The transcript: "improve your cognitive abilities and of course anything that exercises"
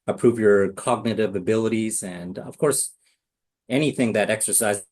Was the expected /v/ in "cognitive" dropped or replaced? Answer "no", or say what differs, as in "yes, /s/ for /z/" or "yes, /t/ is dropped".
no